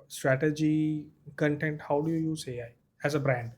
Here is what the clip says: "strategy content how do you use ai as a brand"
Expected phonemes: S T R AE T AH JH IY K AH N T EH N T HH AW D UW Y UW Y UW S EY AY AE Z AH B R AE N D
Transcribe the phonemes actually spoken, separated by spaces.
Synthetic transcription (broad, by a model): S T R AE T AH JH IY K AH N T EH N T HH AW D UW Y UW Y UW S EY AY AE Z AH B R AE N D